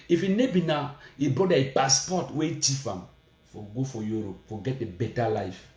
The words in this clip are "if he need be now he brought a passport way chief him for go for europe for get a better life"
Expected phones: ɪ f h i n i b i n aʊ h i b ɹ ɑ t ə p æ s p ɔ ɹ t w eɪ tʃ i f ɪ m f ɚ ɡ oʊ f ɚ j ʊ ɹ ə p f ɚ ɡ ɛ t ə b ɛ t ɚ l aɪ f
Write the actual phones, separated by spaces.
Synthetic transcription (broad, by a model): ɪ f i n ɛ b i n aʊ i b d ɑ ə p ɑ s p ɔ t w eɪ tʃ i f ɪ m f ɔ ɡ oʊ f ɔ j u ɹ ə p f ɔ ɡ ɛ t ə b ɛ t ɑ l aɪ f